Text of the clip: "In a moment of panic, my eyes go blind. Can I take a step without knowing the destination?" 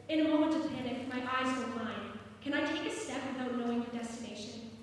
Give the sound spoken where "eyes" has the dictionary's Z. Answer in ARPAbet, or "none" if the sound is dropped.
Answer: Z